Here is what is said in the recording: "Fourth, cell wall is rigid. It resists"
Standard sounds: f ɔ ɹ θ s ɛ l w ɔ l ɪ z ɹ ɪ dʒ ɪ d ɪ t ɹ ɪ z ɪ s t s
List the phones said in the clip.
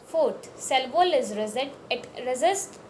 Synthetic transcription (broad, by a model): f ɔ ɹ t s ɛ l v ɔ l ɪ z ɹ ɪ z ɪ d ɪ t ɹ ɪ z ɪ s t